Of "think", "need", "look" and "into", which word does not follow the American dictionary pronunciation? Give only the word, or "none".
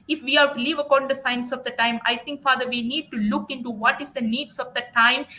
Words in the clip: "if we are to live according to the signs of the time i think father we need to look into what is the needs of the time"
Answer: think